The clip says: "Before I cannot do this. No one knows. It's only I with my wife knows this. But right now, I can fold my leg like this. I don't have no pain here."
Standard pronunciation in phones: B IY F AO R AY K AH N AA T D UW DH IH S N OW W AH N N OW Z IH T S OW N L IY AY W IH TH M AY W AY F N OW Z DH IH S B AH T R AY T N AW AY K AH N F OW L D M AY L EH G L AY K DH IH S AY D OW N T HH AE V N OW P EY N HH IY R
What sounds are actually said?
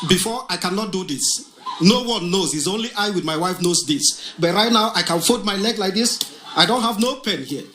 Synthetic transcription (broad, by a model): B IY F AO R AY K AH N AA T D UW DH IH S N OW W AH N N OW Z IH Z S OW N L IY AY W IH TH M AY W AY F N OW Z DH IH S B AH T R AY T N AW AY K AH N F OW D M AY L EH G L AY K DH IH S AY D OW N T HH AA V N OW P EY N HH IY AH